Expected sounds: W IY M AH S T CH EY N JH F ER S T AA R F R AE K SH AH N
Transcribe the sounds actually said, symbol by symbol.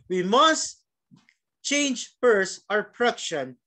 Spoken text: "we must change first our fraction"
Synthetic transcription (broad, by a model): W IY M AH S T CH EY N JH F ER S AA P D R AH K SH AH N